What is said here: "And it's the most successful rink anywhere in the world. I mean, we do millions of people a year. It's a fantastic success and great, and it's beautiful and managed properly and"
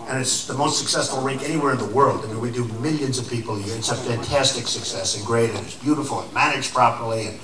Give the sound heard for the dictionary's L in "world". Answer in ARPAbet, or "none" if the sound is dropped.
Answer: L